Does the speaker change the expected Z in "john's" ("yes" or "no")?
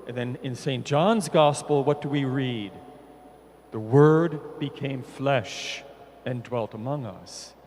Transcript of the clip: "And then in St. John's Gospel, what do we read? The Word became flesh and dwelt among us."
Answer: no